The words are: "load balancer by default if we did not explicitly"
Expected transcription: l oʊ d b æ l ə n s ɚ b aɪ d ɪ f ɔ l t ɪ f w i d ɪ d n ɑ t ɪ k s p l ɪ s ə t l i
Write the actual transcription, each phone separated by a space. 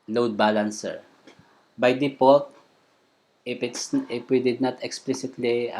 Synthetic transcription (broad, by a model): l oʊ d b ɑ l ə n s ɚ b aɪ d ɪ p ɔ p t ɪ p w i d ɪ d n ɑ t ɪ k s p l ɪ s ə t l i